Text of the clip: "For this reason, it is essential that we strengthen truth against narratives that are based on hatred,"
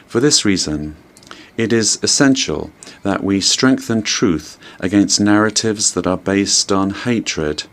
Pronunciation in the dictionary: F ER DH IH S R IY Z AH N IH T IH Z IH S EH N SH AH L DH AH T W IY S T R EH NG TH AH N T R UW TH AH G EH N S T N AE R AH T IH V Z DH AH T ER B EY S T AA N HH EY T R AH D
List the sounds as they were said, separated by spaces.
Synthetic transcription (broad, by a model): F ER DH IH S R IY Z AH N IH T IH Z IH S EH N SH AH L DH AH T W IY S T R EH NG TH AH N T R UW TH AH G EH N S N AE R AH T IH V Z DH AH T ER B EY S T N HH EY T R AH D